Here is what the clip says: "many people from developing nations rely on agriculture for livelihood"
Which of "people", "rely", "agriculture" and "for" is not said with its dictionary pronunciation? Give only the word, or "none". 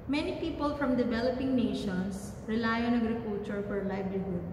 agriculture